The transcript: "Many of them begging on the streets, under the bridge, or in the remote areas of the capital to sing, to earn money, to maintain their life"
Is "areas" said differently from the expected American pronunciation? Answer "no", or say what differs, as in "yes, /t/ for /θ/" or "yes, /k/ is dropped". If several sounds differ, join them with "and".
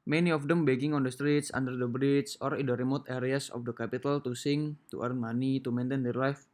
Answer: yes, /s/ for /z/